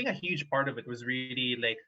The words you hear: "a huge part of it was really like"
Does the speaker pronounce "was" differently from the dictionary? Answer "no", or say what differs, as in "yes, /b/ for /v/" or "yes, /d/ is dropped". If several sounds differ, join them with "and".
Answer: no